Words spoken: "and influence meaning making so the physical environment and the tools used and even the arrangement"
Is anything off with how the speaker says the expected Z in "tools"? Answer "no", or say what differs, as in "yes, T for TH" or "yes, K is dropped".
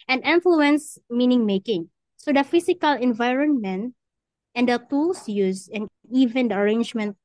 yes, S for Z